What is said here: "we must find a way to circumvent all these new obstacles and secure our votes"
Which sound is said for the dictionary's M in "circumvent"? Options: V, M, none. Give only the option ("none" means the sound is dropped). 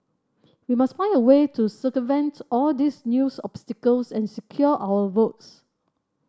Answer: none